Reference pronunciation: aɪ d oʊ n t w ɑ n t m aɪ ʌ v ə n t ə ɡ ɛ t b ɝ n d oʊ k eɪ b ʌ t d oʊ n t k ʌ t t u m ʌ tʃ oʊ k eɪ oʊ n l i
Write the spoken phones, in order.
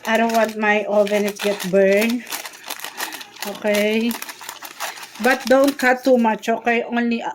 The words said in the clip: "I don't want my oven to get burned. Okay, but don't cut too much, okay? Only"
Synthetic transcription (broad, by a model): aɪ d oʊ n t w ɑ n t m aɪ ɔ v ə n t ɡ ɛ t b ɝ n oʊ k eɪ b ʌ t d oʊ n t k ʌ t t u m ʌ tʃ oʊ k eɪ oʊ n l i